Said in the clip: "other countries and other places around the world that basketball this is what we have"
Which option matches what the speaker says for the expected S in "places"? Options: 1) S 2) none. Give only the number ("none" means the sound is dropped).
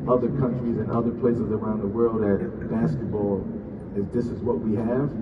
1